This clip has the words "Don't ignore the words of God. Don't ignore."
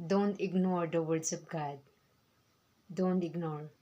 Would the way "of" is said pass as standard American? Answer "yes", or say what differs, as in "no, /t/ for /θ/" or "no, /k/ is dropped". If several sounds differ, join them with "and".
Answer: no, /p/ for /v/